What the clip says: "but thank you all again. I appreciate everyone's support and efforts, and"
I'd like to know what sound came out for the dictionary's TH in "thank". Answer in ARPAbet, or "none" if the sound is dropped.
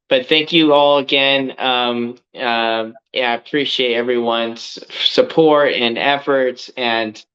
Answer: TH